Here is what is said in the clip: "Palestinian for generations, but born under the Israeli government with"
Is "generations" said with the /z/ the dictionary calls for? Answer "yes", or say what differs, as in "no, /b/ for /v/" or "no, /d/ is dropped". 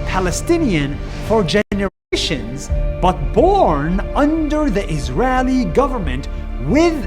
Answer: yes